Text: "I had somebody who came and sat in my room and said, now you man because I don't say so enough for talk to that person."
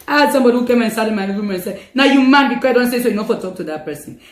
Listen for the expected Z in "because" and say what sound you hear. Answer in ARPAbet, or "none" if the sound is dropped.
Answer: none